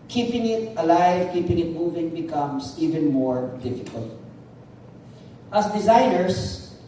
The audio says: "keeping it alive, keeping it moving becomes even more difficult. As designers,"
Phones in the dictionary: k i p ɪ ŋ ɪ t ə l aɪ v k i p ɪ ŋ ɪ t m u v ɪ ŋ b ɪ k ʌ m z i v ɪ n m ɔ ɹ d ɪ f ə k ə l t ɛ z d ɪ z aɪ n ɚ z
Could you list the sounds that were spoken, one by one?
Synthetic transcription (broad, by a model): k i p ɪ ŋ ɪ t ə l aɪ v k i p ɪ ŋ ɪ t m u v ɪ ŋ b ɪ k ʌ m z i v ɪ n m ɔ ɹ d ɪ f ə k ə l t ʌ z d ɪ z aɪ n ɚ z